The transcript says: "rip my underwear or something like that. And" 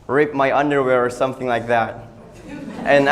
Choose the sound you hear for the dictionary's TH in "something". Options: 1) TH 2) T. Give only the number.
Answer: 1